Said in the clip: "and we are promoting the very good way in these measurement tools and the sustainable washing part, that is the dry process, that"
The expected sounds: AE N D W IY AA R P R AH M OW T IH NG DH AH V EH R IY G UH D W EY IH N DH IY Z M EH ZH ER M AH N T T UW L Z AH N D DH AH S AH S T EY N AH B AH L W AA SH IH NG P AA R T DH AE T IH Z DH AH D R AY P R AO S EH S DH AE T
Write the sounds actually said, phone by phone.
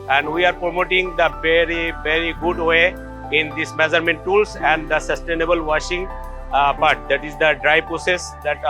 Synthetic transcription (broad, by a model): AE N D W IY AA R P R AH M OW T IH NG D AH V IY R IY G UH D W EY IH N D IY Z M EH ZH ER M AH N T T UW L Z AH N D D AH S AH S T EY N AH B AH L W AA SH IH NG B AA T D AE T IH Z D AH D R AY P R AO S EH S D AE T